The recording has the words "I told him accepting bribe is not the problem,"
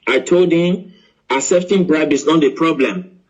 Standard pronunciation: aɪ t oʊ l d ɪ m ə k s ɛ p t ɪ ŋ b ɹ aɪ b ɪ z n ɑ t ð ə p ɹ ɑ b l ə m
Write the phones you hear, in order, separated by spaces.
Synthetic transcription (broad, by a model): aɪ t oʊ l d ɪ m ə s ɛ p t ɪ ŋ b ɹ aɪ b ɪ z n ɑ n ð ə p ɹ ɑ b l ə m